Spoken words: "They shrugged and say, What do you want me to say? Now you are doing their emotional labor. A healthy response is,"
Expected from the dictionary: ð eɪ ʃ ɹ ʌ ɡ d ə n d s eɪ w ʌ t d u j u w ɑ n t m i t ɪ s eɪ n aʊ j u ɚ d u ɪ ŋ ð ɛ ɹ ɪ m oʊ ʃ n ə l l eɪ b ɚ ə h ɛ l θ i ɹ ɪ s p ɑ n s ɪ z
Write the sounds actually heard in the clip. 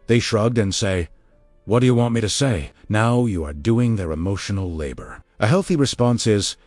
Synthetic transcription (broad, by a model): ð eɪ ʃ ɹ ʌ ɡ d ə n s eɪ w ʌ t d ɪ j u w ɑ n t m i t ɪ s eɪ n aʊ j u ɚ d u ɪ ŋ ð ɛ ɹ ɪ m oʊ ʃ n l l eɪ b ɚ ə h ɛ l θ i ɹ ɪ s p ɑ n s ɪ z